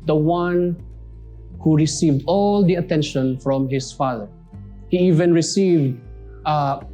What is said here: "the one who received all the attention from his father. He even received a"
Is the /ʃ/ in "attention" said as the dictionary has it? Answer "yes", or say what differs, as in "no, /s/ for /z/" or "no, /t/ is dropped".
yes